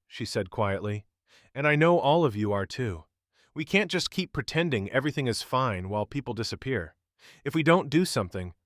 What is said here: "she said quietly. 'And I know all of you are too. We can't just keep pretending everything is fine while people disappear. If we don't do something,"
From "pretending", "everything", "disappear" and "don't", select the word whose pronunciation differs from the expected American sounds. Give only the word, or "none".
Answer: none